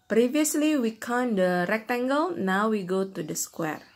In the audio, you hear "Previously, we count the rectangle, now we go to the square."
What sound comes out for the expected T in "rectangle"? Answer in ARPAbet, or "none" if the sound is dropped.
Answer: T